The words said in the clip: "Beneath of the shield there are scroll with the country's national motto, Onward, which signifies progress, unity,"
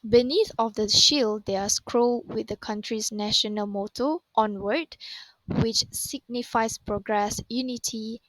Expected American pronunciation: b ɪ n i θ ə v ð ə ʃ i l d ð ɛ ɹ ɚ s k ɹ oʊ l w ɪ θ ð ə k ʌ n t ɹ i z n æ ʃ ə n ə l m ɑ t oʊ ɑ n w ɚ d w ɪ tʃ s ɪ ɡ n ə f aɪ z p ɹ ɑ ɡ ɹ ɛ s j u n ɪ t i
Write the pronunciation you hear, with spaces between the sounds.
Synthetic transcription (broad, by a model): b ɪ n i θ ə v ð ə ʃ i l d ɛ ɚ s k ɹ oʊ l w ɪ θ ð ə k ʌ n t ɹ i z n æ ʃ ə n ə l m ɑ t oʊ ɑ n w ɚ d w ɪ tʃ s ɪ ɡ n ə f aɪ s p ɹ ɑ ɡ ɹ ɛ s j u n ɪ t i